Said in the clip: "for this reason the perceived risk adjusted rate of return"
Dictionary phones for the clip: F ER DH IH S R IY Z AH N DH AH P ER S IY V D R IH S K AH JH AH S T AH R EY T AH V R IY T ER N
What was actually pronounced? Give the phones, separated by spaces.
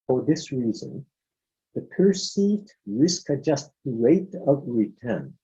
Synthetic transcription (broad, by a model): F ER DH IH S R IY Z AH N DH AH P ER S IY V D R IH S K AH JH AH S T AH R EY T AH V R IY T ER N